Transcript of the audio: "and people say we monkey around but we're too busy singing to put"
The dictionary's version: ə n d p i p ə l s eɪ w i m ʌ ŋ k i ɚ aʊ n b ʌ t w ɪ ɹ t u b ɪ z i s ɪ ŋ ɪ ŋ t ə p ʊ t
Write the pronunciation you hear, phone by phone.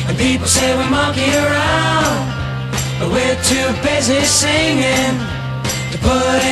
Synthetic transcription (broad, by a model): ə n p i p l s eɪ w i m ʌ k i ɚ aʊ n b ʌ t w ɪ ɹ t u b ɪ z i s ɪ ŋ ɪ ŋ t ə p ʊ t